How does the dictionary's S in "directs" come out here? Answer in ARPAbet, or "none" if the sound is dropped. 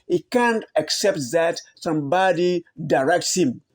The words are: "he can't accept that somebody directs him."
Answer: S